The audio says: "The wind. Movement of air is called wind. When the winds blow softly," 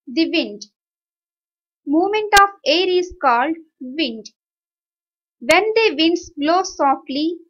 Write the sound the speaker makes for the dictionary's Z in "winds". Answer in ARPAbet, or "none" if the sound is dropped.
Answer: S